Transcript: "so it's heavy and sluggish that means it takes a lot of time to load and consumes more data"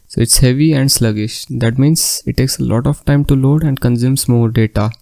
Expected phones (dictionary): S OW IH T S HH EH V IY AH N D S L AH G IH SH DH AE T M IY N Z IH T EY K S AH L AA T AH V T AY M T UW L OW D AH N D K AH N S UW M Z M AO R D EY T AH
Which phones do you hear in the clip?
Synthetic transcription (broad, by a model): S OW IH T S HH EH V IY AH N D S L AH G IH SH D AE T M IY N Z IH T EY K S AH L AA T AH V T AY M T UW L OW D AH N D K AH N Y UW M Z M AO R D EY T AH